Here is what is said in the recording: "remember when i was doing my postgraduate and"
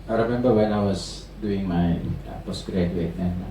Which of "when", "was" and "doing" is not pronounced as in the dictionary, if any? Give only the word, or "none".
was